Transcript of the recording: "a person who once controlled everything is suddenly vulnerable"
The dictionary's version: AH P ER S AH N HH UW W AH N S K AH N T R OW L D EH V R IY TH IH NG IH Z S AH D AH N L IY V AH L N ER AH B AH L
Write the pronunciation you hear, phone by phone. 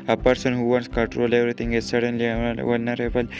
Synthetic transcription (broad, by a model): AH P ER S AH N HH UW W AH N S K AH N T R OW L EH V R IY T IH NG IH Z S AH D AH N L IY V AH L N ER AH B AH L